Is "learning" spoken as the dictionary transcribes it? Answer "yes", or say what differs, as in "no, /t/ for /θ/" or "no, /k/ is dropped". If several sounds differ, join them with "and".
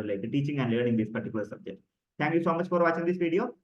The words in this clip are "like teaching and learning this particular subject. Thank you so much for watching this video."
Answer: no, /n/ is dropped